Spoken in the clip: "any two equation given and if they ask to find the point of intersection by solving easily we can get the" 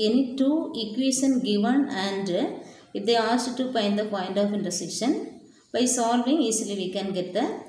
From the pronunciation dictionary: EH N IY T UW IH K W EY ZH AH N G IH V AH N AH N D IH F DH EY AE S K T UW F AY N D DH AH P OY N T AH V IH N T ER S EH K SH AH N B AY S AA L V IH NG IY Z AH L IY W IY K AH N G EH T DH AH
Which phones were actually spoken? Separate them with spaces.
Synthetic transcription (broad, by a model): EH N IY T UW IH K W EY SH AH N G IH V AH N AH N D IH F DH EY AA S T T UW P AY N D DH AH P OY N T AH F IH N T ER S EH SH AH N B AY S AA L V IH NG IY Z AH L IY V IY K AH N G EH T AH